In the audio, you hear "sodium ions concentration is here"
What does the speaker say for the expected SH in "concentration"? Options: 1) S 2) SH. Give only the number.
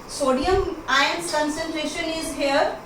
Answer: 2